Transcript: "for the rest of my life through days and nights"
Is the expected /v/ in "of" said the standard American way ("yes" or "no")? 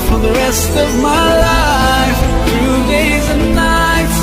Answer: yes